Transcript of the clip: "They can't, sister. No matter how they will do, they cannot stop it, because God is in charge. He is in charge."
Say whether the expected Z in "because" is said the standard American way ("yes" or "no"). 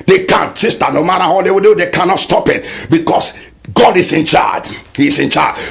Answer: no